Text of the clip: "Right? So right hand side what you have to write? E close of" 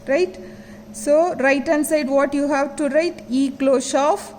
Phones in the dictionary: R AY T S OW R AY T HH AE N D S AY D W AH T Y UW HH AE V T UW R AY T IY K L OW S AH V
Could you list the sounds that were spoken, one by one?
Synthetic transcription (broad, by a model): R AY T S OW R AY T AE N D S AY D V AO T Y UW HH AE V T UW R AY T IY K L OW SH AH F